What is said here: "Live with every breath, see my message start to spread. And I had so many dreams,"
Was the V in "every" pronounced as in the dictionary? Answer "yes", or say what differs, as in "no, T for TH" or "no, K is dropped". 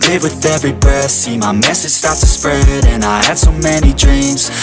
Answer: yes